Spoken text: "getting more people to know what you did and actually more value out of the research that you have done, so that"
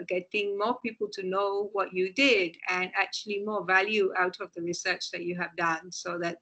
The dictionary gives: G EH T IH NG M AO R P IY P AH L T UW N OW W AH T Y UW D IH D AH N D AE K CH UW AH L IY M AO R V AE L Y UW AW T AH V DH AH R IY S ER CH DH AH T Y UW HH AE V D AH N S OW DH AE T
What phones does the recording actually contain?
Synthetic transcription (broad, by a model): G EH T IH NG M AO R P IY P AH L T UW N OW W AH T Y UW D IH D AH N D AE K CH UW AH L IY M AO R V AE L Y UW AW T AH V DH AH R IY S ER CH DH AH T Y UW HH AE V D AH N S OW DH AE T